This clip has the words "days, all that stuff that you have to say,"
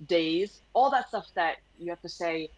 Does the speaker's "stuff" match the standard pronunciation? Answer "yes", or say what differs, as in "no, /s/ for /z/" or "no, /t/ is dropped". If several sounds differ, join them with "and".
yes